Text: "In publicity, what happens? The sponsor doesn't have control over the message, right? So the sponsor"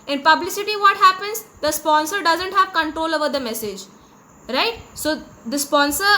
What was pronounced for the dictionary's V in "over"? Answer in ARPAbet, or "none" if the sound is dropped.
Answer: V